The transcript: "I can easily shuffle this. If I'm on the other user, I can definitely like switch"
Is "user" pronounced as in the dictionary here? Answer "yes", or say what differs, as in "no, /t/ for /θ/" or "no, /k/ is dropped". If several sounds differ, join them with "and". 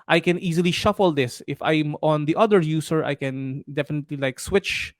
no, /s/ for /z/